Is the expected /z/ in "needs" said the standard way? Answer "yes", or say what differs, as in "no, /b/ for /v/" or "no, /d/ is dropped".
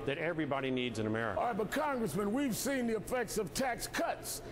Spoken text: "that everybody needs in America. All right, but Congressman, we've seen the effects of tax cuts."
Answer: yes